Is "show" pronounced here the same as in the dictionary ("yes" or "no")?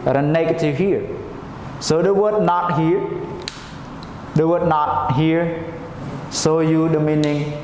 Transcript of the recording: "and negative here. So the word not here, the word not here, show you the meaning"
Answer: no